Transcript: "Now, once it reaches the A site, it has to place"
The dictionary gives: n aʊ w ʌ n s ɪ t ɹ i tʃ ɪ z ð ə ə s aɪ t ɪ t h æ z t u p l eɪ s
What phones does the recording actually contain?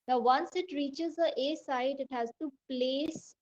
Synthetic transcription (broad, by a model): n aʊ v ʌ n s ɪ t ɹ i tʃ ɪ z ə ə s aɪ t ɪ t h æ z t u p l eɪ s